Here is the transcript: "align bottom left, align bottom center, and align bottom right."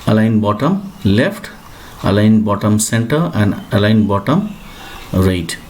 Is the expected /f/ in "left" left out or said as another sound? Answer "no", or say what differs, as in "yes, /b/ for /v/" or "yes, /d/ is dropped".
yes, /p/ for /f/